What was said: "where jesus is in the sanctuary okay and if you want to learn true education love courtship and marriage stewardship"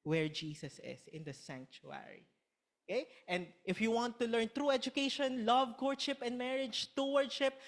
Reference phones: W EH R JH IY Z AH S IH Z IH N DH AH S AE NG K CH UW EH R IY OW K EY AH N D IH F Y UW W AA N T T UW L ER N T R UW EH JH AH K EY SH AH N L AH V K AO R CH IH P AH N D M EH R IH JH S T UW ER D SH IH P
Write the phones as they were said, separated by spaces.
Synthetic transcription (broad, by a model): W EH R JH IY S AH S IH S IH N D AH S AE NG K CH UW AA R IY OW K EY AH N D IH F Y UW W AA N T T UW L ER N T R UW EH JH AH K EY SH AH N L AH V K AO R SH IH P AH N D M EH R IH JH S T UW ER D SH IH P